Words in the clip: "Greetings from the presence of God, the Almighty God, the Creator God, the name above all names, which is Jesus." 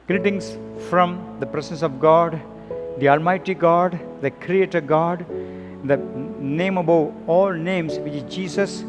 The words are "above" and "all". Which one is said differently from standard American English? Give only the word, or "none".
above